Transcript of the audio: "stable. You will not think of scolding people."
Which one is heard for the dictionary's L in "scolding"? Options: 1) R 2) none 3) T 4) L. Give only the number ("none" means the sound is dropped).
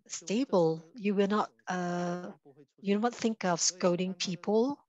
2